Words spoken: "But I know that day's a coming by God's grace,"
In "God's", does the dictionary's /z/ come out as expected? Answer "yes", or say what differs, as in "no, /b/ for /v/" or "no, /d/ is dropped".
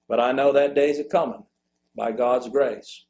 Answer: yes